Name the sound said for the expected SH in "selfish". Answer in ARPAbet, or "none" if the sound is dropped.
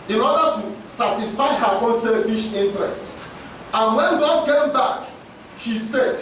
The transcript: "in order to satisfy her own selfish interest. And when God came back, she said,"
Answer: SH